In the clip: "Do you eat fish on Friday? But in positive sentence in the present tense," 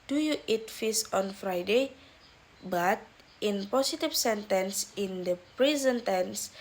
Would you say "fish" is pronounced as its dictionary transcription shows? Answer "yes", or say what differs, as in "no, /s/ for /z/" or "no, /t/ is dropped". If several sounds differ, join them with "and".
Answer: no, /s/ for /ʃ/